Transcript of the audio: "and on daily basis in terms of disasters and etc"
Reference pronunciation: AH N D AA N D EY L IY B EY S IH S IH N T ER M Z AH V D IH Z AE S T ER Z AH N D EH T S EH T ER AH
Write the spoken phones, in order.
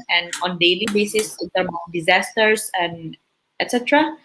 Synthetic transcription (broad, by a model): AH N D AA N D EY L IY B EY S IH S IH N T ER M AH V D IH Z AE S T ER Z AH N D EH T S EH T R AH